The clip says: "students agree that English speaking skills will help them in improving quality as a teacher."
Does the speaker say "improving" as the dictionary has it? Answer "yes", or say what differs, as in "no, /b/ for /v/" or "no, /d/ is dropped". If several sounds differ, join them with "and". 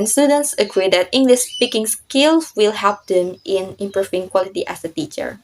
no, /f/ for /v/